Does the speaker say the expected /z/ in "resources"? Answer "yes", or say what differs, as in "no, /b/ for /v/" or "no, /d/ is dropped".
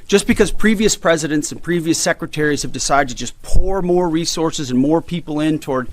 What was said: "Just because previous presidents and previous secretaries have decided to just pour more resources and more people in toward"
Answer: yes